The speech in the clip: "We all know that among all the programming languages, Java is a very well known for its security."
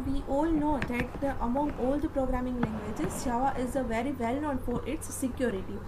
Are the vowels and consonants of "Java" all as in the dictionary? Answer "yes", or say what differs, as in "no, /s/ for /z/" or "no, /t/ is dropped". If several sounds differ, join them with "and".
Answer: no, /ʃ/ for /dʒ/